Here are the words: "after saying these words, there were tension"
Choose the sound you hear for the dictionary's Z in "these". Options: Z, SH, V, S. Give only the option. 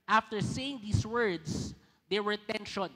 S